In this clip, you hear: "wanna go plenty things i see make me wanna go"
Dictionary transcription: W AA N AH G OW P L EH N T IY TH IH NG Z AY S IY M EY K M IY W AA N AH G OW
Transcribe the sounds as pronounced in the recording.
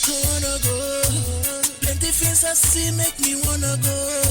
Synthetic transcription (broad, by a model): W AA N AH G OW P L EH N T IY F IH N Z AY S IY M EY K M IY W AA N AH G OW